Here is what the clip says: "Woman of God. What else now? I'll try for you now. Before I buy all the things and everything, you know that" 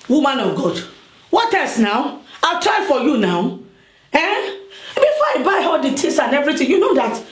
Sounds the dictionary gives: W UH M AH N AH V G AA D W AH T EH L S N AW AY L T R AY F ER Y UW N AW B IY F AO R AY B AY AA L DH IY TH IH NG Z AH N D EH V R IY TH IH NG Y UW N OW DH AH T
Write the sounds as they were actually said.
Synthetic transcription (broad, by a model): W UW M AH N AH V G AA D W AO T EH S N AW AY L T R AY F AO Y UW N AW B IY F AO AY B AY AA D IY T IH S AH N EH V R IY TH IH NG Y UW N OW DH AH T